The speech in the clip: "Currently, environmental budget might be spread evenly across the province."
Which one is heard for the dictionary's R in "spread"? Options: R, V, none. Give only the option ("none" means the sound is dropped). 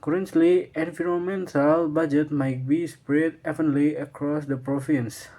R